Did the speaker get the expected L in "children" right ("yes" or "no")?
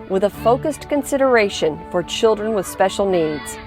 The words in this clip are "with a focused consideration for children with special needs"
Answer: yes